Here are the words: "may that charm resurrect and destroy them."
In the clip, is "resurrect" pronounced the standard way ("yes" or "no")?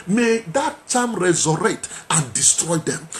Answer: no